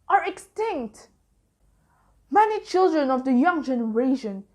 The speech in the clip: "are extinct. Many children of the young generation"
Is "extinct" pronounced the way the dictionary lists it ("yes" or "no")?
yes